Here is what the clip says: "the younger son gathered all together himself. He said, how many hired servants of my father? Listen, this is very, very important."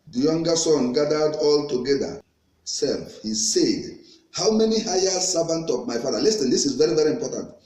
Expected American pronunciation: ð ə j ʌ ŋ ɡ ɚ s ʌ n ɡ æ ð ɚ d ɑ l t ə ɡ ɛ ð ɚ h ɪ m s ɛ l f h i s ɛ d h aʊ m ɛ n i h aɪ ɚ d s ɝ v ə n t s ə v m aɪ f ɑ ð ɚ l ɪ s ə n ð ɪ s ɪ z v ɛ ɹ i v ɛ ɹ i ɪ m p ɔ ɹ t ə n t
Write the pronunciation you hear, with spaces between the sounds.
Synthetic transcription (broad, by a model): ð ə j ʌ ŋ ɡ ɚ s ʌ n ɡ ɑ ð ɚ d ɑ l t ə ɡ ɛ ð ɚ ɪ s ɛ l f h i s ɛ d h aʊ m ɛ n i h aɪ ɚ s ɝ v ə n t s ə v m aɪ f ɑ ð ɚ l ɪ s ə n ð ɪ s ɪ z v ɛ ɹ i v ɛ ɹ i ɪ m p ɔ t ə n t